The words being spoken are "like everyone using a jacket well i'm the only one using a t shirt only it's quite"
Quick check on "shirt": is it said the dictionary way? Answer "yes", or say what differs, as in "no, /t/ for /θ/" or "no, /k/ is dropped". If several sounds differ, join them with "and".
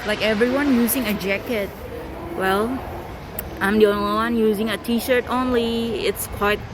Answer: yes